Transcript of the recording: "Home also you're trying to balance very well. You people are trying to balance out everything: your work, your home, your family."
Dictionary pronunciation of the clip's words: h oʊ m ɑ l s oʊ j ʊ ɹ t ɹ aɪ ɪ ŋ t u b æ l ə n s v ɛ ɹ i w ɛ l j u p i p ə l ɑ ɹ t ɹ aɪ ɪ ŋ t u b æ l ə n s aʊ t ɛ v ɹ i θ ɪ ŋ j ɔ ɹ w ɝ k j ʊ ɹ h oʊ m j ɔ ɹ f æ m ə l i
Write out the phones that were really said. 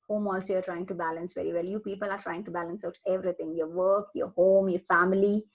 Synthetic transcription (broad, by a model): h oʊ m ɑ l s oʊ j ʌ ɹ t ɹ aɪ ɪ ŋ t u b æ l ə n s v ɛ ɹ i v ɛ l j u p i p ə l ɑ ɹ t ɹ aɪ ɪ ŋ t u b æ l ə n s aʊ t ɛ v ɹ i t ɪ ŋ j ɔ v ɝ k j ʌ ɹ h oʊ m j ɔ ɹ f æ m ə l i